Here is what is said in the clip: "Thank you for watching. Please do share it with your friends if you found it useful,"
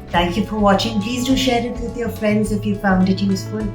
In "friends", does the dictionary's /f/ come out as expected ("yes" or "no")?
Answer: yes